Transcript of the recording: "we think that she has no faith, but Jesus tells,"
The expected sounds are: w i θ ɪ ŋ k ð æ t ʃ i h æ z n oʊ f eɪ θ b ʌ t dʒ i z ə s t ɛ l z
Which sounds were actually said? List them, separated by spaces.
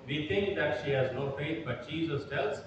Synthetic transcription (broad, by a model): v i t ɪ ŋ k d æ t ʃ i h æ z n oʊ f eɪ t b ʌ t tʃ i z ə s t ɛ l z